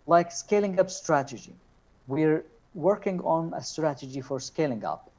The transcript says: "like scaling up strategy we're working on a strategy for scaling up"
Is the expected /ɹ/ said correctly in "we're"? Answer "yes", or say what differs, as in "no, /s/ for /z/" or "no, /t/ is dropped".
yes